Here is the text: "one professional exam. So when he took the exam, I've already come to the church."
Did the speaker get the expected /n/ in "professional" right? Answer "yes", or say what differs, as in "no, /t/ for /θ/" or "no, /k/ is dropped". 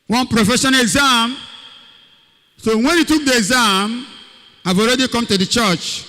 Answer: no, /n/ is dropped